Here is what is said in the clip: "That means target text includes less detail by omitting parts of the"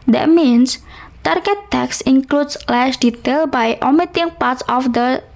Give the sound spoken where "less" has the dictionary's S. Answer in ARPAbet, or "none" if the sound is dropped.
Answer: SH